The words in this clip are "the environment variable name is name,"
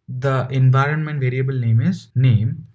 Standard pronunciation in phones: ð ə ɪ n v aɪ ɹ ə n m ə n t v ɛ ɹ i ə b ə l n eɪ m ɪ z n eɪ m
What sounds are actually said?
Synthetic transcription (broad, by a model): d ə ɪ n v aɪ ɹ ə n m ə n t v ɛ ɹ i ə b ə l n eɪ m ɪ z n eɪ m